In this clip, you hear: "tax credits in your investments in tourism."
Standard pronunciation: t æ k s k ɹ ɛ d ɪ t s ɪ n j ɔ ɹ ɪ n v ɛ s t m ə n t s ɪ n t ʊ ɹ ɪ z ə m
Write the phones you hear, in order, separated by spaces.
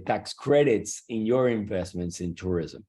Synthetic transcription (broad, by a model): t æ k s k ɹ ɛ d ɪ t s ɪ n j ɔ ɹ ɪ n v ɛ s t m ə n t s ɪ n t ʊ ɹ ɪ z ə m